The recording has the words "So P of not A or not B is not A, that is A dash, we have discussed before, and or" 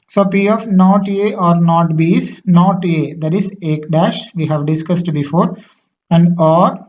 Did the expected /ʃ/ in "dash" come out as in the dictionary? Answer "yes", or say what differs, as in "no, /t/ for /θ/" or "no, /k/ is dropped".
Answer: yes